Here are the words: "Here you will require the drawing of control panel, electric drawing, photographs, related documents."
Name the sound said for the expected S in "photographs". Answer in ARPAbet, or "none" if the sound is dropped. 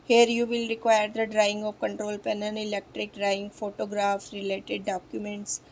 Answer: none